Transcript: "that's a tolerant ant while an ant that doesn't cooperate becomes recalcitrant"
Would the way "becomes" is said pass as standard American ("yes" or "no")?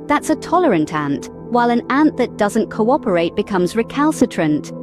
yes